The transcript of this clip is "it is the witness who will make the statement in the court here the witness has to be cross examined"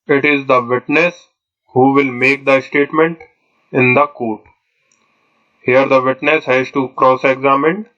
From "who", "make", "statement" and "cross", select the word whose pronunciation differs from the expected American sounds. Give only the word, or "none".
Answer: none